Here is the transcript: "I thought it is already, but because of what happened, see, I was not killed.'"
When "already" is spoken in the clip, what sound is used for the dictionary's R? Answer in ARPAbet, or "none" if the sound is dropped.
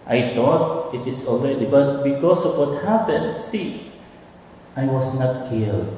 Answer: L